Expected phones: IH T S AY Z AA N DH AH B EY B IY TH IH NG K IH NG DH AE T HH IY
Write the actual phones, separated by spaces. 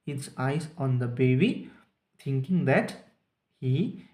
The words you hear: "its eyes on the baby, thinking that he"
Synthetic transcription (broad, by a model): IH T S AY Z AA N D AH B EY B IY T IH NG K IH NG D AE T HH IY